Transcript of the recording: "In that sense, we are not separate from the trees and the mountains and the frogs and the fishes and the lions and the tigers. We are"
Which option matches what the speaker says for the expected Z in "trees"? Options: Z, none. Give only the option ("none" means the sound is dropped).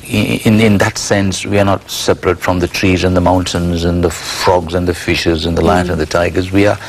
Z